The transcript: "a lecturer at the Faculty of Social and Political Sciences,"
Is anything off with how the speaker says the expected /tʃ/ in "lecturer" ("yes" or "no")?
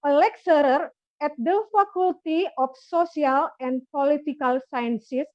yes